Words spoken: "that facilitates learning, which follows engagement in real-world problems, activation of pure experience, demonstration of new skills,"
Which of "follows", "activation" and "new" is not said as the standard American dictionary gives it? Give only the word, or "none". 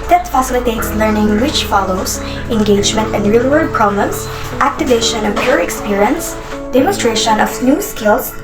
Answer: follows